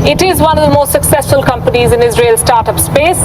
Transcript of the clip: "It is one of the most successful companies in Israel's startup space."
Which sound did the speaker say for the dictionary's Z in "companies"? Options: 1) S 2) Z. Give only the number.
2